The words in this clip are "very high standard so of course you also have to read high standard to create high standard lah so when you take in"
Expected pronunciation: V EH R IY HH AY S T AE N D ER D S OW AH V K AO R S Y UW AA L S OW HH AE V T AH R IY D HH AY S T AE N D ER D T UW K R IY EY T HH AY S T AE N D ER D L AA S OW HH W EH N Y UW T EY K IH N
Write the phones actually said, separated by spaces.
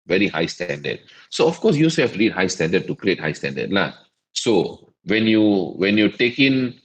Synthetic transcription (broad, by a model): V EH R IY HH AY S T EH N D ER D S OW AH F K AO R S Y UW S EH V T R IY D HH AY S T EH N D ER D T UW K R IY EY T HH AY S T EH N D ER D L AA S OW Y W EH N Y UW T EY K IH N